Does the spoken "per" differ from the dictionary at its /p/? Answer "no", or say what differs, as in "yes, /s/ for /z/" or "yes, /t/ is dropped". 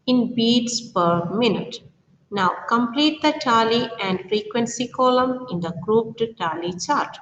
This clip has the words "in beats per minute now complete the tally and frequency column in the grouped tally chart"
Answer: no